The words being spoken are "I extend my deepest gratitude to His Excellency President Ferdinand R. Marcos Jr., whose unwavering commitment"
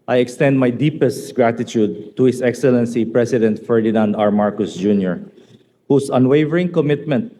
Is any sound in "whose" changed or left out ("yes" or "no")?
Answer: yes